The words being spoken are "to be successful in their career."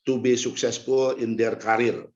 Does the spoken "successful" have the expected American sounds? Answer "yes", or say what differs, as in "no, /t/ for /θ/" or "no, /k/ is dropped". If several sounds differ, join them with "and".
no, /p/ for /f/